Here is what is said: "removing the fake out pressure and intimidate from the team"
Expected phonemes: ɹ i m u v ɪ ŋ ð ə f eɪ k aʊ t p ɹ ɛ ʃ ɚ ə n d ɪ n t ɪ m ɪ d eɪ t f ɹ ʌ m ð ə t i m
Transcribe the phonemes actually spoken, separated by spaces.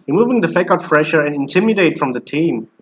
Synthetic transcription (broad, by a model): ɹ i m u v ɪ ŋ ð ə f eɪ k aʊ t f ɹ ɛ ʃ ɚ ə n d ɪ n t ɪ m ɪ d eɪ t f ɹ ʌ m ð ə t i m